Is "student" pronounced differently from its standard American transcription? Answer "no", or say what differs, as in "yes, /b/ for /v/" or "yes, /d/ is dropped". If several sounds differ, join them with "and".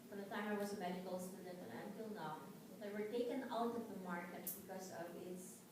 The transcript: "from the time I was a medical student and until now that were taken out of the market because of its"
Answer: yes, /n/ is dropped